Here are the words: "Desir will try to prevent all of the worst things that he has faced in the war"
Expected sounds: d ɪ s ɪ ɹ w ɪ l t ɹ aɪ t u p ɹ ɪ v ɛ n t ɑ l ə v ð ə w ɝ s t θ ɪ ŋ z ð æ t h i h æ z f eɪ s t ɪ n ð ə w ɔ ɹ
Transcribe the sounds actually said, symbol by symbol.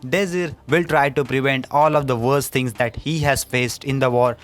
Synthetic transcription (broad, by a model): d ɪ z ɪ ɹ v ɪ l t ɹ aɪ t u p ɹ ɪ v ɛ n t ɑ l ə v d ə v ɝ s t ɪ ŋ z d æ t h i h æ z f eɪ s t ɪ n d ə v ɔ ɹ